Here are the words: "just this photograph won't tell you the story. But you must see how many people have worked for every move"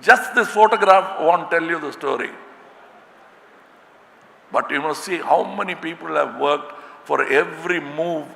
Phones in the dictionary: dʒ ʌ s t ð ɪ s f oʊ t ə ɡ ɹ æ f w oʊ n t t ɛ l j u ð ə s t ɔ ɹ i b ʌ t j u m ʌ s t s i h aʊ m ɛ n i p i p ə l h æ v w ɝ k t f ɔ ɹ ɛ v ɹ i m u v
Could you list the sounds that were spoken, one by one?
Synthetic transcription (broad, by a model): dʒ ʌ s t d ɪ s f oʊ t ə ɡ ɹ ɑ f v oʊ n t t ɛ l j u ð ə s t ɔ ɹ i b ʌ t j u m ʌ s t s i h aʊ m ɛ n i p i p ə l h æ v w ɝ k t f ɔ ɹ ɛ v ɹ i m u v